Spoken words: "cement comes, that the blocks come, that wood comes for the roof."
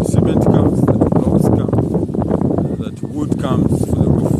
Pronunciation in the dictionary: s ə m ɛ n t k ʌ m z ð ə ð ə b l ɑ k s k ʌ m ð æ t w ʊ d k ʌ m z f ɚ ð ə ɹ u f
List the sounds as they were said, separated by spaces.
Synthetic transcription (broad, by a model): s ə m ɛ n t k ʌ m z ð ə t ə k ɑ s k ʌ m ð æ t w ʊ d k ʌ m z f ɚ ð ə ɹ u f